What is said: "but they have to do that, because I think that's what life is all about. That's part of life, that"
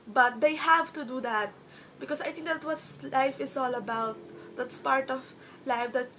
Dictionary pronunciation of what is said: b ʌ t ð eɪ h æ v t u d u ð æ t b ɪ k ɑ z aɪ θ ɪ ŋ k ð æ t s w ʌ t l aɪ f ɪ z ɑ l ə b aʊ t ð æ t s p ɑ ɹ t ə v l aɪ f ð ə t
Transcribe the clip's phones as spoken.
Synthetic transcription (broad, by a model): b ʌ t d eɪ h æ v t u d u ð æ t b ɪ k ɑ s aɪ t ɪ ŋ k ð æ t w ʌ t l aɪ f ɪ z ɑ l ə b aʊ t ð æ t s p ɑ ɹ t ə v l aɪ f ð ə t